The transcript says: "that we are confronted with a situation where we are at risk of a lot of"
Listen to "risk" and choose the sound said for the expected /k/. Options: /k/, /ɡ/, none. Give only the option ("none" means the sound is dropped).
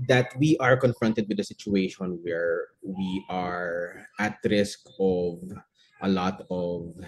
/k/